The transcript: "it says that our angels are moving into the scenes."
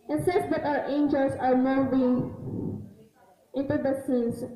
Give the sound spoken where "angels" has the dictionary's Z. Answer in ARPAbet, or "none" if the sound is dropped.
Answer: S